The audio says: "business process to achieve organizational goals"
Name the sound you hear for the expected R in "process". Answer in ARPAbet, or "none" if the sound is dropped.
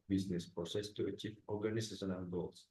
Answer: none